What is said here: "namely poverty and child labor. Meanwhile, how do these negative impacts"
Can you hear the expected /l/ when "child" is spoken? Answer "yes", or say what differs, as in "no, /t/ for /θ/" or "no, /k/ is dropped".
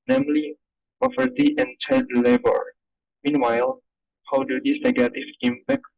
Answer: no, /l/ is dropped